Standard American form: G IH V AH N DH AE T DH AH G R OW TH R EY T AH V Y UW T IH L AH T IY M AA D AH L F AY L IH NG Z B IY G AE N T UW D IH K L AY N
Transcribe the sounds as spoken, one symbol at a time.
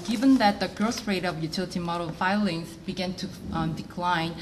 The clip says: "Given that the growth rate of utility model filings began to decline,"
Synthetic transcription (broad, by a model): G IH V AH N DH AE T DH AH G R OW S R EY T AH V Y UW T IH L AH T IY M AA D AH L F AY L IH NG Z B IY G AE N T UW D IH K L AY N